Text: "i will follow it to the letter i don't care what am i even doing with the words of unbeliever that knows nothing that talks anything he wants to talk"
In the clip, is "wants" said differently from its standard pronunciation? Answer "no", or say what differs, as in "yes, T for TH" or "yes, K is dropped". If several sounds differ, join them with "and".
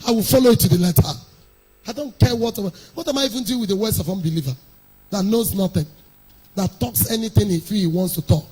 no